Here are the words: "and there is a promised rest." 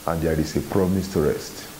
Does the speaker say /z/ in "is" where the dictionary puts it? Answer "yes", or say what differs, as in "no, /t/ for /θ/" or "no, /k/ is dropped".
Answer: no, /s/ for /z/